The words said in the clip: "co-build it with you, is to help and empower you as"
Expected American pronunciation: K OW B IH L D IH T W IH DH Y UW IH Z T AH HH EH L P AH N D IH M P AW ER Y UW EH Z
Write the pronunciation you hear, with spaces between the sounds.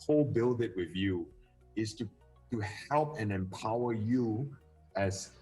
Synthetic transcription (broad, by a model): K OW B IH L D IH T W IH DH Y UW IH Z T AH HH EH L P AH N IH M P AW ER Y UW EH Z